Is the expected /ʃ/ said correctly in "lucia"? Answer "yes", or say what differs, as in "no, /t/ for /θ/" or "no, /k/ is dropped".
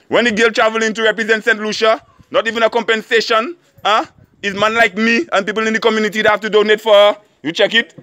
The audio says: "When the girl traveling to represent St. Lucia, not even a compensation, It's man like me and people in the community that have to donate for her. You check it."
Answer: yes